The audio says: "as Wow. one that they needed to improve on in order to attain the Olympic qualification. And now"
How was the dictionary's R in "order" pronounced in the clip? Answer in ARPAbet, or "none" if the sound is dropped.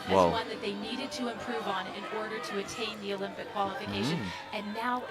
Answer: R